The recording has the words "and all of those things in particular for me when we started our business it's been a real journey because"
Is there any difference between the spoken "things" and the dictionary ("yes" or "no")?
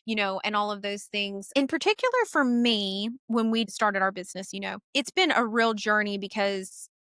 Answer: no